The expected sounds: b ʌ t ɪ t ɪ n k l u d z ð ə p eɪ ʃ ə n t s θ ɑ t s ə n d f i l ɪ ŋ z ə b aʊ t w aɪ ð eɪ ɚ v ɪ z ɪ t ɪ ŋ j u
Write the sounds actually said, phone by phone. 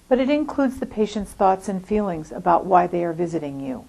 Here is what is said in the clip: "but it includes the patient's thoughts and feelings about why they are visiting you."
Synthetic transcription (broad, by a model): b ʌ t ɪ t ɪ n k l u d z ð ə p eɪ ʃ ə n t s θ ɑ t s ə n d f i l ɪ ŋ z ə b aʊ t w aɪ ð eɪ ɚ v ɪ z ɪ t ɪ ŋ j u